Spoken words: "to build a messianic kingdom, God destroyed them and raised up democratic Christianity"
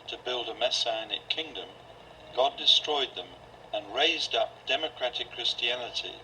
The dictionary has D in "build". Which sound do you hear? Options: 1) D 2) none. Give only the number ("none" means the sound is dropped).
1